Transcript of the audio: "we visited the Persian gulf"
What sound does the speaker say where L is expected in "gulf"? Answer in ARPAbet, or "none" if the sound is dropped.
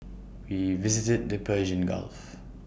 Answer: L